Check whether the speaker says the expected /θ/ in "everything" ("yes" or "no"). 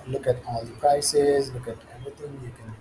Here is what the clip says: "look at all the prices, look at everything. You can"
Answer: no